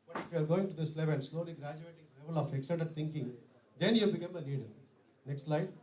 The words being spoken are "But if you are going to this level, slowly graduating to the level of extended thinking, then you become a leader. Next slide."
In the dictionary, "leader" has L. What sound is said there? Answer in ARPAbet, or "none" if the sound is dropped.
N